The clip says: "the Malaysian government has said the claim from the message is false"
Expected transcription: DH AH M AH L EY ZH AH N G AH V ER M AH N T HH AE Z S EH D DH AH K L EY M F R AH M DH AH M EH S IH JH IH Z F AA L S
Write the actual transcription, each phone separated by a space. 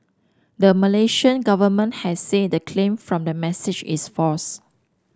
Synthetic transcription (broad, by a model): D AH M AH L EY SH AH N G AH V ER M AH N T HH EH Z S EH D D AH K L EY M F R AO M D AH M EH S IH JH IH S F AA S